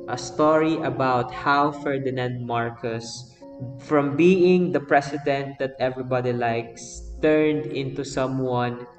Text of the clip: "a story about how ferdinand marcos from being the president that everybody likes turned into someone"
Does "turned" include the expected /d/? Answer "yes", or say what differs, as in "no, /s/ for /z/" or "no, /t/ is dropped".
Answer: yes